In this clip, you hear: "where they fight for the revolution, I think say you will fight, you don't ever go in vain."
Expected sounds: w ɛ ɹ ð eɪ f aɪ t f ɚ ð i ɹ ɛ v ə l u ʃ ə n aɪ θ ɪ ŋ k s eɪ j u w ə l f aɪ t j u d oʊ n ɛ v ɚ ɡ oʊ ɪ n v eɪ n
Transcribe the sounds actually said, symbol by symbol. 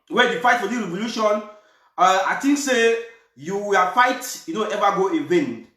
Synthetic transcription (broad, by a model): w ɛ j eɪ f aɪ t f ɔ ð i ɹ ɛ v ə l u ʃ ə n aɪ t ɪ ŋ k s eɪ j u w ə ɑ f aɪ t j u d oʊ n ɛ v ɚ ɡ oʊ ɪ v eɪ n